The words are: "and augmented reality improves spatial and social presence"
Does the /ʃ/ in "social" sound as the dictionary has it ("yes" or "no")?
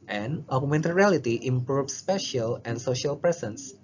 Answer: yes